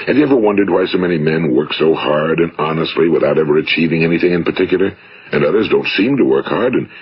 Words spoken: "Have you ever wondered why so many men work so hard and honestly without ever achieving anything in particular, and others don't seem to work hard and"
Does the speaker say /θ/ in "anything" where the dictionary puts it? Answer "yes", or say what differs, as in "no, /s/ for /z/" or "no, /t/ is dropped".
yes